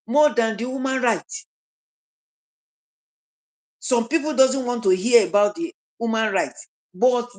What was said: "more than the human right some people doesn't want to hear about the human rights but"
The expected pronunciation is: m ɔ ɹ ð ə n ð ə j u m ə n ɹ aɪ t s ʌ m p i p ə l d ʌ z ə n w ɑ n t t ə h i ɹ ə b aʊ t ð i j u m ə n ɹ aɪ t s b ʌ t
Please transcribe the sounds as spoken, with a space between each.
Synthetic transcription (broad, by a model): m ɔ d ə n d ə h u m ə n ɹ aɪ t s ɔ m p i p ə l d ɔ z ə n w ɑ n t t ə h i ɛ ə b aʊ t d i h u m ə n ɹ aɪ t b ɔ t